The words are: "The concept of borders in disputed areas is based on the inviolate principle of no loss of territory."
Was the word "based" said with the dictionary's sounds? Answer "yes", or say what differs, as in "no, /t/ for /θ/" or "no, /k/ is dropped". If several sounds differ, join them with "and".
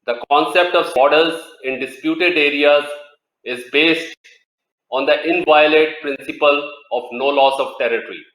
yes